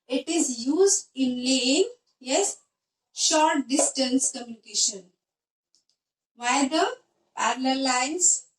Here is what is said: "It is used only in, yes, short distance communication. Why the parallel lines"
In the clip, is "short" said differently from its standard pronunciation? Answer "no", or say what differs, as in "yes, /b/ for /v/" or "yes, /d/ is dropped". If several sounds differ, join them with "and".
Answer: no